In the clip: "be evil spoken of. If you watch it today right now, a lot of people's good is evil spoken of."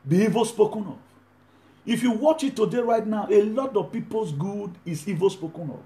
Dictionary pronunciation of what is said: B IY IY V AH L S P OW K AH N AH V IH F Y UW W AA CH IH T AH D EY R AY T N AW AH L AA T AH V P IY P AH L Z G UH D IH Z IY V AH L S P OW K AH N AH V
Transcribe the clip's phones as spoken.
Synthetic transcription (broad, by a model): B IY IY V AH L S P OW K AH N AH V IH F Y UW W AA CH IH T AH D EY R AY T N AW AH L AA T AH V P IY P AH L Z G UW D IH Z IY V AH L S P OW K AH N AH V